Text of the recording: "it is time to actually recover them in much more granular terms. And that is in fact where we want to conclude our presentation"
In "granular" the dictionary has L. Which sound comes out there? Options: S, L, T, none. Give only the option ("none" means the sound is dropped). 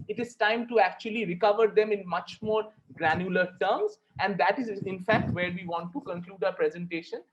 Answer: L